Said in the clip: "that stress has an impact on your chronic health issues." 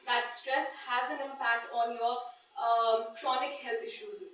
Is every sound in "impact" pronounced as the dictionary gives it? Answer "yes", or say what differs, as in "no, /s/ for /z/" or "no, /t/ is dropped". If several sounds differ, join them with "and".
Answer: yes